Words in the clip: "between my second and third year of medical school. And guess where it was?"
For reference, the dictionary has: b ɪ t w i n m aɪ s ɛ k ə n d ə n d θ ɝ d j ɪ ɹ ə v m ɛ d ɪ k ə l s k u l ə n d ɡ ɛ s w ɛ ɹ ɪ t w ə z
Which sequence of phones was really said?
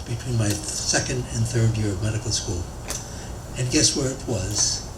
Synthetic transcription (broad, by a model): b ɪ t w i n m aɪ s ɛ k ə n d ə n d θ ɝ d j ɪ ɹ ə v m ɛ d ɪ k l s k u l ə n ɡ ɛ s w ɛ ɹ ɪ t w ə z